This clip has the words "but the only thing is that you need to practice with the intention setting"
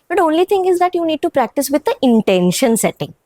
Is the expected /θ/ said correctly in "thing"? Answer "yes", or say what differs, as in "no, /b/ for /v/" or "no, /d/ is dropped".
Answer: no, /t/ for /θ/